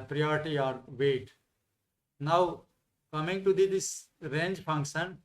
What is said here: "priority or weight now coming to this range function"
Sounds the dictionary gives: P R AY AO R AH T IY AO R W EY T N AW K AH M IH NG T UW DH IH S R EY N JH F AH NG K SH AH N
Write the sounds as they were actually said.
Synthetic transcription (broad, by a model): P R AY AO R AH T IY AO R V EY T N AW K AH M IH NG T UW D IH S R EY N JH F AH NG K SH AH N